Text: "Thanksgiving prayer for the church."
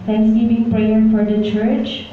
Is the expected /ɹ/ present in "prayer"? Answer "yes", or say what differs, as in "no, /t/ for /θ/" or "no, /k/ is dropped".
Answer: yes